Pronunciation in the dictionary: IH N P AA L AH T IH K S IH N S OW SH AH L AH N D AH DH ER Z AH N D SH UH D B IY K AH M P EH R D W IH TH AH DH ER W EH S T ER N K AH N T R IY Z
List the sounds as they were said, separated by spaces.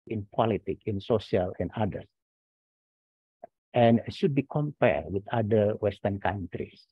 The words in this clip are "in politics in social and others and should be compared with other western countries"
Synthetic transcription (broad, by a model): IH N P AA L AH T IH K IH N S OW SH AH L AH N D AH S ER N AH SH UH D B IY K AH M P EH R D W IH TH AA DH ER W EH S T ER N K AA N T R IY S